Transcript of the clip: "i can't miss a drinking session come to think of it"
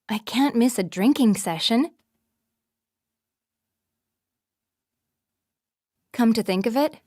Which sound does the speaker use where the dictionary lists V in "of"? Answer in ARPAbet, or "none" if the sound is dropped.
V